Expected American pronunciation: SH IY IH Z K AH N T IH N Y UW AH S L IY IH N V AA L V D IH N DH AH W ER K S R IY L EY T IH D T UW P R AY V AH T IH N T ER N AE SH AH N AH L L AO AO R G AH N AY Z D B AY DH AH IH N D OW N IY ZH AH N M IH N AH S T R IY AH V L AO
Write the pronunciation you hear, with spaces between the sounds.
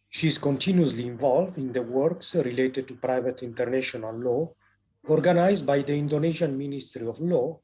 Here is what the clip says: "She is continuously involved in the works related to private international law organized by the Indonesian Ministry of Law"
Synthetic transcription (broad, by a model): SH IY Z K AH N T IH N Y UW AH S L IY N V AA L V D IH N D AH W ER K S R IY L EY T IH D T UW P R AY V AH T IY N T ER N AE SH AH N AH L L AO AO R G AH N AY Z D B AY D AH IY N D OW N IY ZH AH N M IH N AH S T R IY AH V L AO